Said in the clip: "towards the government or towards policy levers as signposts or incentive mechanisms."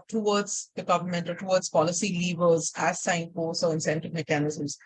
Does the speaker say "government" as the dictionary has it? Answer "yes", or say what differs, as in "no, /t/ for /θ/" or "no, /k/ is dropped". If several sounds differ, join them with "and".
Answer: yes